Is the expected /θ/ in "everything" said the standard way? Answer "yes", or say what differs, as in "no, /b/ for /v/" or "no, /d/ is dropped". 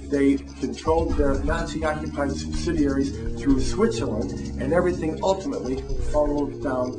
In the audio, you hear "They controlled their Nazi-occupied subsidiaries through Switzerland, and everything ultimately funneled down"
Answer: yes